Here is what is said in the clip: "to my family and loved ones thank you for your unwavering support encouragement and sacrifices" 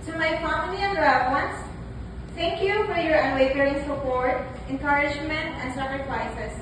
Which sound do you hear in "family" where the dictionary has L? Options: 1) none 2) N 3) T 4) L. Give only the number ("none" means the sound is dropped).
2